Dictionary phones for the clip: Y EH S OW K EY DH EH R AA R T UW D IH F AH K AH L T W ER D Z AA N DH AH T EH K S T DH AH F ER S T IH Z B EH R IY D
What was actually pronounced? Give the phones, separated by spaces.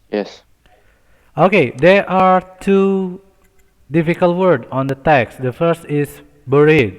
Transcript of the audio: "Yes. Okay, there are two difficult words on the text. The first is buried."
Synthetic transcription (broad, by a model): Y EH S OW K EY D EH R AA R T UW D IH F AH K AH L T W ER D AA N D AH T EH K S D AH F ER S T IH S B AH R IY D